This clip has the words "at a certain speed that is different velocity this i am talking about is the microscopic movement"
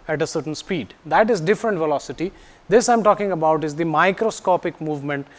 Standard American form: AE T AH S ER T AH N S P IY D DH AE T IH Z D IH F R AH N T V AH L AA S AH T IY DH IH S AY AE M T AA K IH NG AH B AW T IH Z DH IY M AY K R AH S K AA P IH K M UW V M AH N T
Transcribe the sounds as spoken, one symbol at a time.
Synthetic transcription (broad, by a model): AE T AH S ER T AH N S P IY D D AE T IH Z D IH F R AH N T V AH L AA S AH T IY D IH S AY M T AA K IH NG AH B AW T IH Z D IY M AY K R AH S K AA P IH K M UW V M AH N T